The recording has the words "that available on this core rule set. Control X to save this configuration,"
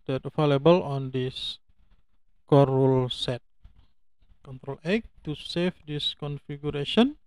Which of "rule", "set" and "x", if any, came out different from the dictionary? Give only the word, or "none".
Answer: x